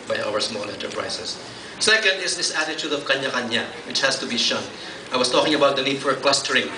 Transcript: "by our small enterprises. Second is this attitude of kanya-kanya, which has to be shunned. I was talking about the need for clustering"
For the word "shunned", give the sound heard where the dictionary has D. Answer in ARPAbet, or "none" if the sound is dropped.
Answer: none